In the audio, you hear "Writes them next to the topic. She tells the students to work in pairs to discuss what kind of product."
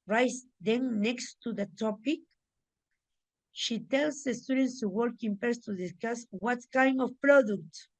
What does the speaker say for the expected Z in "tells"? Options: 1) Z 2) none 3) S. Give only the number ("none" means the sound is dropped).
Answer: 3